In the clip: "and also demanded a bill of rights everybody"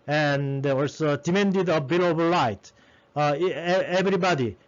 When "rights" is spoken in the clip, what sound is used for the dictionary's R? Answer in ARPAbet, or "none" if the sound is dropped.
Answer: L